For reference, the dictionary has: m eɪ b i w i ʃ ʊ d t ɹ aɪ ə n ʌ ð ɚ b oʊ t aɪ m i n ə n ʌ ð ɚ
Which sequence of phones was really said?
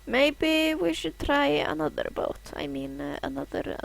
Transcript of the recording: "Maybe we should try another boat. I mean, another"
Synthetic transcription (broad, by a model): m eɪ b i w i ʃ ʊ d t ɹ aɪ ə n ʌ ð ɚ b oʊ t aɪ m i n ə n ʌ ð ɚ